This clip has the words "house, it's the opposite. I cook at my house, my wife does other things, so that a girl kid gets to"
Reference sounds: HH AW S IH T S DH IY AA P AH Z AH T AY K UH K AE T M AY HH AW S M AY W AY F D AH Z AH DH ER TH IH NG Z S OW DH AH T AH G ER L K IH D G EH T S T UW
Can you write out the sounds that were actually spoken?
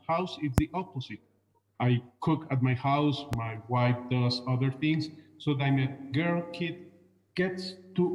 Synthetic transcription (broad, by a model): HH AW S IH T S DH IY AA P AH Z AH T AY K UH K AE T M AY HH AW S M AY W AY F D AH S AH DH ER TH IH NG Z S OW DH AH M AH G ER L K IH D G EH T S T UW